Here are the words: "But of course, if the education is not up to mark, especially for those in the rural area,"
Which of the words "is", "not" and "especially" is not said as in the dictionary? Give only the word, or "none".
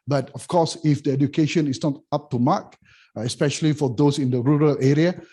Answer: is